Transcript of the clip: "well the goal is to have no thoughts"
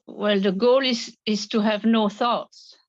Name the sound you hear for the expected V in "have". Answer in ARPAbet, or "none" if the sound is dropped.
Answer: V